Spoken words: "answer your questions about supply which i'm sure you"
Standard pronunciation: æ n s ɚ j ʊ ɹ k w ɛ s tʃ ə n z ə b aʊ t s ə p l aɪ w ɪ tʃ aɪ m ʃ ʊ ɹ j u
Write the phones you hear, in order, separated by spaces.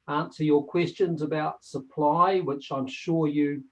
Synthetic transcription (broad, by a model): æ n s ɚ j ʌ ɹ k w ɛ s tʃ ə n z ə b aʊ t s ə p l aɪ w ɪ tʃ aɪ m ʃ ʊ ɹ j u